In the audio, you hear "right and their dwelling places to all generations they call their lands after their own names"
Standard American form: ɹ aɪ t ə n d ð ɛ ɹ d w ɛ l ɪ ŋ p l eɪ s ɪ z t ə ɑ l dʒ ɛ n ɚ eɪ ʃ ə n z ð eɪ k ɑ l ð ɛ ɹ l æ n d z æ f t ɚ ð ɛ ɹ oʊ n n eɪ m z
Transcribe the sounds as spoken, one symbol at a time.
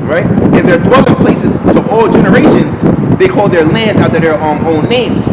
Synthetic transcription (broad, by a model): ɹ aɪ t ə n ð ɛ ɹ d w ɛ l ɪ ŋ p l eɪ s ɪ z t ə ɑ l dʒ ɛ n ɚ eɪ ʃ ə n z ð eɪ k ɑ l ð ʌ ɹ l æ n d z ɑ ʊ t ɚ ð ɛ ɹ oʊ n n eɪ m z